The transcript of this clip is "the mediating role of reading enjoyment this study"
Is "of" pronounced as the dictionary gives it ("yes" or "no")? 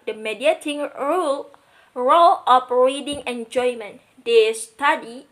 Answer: no